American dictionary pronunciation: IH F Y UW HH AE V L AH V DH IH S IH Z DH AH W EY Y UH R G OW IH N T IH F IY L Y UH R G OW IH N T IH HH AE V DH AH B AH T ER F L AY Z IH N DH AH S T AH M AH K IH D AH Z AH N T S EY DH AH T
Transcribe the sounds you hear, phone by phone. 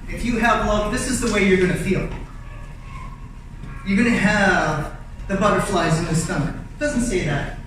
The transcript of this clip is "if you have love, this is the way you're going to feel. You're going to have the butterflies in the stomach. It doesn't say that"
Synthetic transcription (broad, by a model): IH F Y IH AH V L AH V DH IH S IH Z DH AH W EY Y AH R G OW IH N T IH F IY L Y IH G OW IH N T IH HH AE V DH AH B AH T ER F L AY Z IH N DH AH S S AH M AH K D AH Z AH N T S EY DH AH T